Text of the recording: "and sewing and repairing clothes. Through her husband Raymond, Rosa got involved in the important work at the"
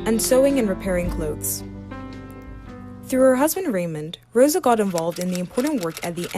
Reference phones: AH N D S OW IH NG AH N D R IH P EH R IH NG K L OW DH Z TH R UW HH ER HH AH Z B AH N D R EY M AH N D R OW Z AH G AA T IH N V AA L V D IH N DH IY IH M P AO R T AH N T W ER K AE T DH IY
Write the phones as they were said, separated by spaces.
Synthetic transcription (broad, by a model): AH N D S OW IH NG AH N R IH P EH R IH NG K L OW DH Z TH R UW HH ER HH AH Z B AH N D R EY M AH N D R OW Z AH G AA T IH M V AA L V D IH N DH IY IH M P AO R T N T W ER K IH T DH IY